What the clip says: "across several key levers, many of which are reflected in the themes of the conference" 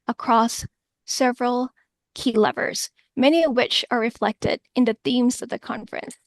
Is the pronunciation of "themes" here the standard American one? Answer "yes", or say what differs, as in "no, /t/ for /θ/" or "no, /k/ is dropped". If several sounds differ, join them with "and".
yes